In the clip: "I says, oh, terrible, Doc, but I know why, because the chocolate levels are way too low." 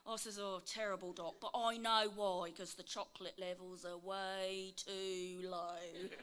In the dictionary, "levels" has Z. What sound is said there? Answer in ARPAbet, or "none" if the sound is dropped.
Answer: Z